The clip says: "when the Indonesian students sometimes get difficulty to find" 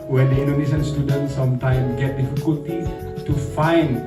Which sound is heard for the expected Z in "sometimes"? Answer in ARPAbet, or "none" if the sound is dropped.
none